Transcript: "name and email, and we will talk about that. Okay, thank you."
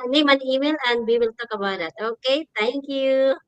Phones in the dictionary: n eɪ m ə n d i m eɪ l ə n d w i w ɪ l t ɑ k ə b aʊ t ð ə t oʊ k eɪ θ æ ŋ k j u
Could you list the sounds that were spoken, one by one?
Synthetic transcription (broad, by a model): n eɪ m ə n i m eɪ l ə n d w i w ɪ l t ɑ k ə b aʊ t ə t oʊ k eɪ t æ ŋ k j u